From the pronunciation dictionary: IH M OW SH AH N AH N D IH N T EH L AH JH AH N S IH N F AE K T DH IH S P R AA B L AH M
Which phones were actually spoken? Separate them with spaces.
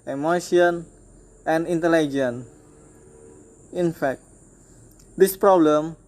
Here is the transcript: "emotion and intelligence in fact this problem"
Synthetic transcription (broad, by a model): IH M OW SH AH N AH N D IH N T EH L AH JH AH N IH N F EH K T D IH S P R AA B L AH M